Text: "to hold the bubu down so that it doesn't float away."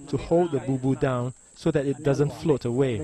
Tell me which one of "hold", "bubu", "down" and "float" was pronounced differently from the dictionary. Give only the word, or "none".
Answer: none